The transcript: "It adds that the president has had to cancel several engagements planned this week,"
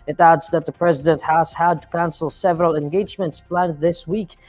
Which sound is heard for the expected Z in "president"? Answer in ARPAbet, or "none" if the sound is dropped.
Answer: Z